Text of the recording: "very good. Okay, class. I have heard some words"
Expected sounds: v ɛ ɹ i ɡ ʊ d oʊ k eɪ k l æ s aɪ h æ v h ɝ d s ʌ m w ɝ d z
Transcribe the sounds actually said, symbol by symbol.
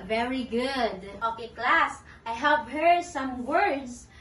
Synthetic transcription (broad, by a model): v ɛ ɹ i ɡ ʊ d oʊ k eɪ k l æ s aɪ h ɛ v h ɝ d s ʌ m w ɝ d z